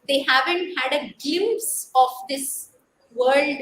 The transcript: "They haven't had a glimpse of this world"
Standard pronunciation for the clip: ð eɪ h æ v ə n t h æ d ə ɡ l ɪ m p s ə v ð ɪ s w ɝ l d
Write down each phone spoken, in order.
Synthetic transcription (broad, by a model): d eɪ h æ v ə n t h æ d ə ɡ ɪ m s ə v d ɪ s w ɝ l d